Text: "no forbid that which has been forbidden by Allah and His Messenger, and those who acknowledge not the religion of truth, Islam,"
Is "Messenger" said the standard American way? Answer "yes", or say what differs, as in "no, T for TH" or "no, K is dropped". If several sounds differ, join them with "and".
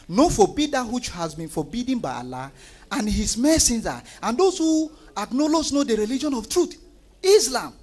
no, Z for JH